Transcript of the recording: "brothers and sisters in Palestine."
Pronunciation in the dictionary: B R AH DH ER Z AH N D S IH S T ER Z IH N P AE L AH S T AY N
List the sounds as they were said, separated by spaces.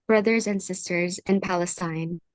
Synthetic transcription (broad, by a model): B R AH DH ER Z AH N D S IH S T ER Z IH N P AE L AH S T AY N